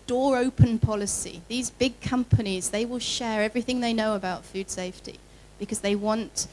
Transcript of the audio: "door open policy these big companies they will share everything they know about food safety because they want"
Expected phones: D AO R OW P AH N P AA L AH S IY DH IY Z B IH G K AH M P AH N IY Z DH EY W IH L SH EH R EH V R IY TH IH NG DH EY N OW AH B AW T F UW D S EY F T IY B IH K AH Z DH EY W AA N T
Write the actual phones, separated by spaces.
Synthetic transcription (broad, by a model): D AO R OW P AH N P AA L AH S IY DH IY Z B IH G K AH M P AH N IY Z DH EY W IH L SH EH R EH V R IY TH IH NG DH EY N OW AH B AW T F UW D S EY F T IY B IH K AH Z DH EY W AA N T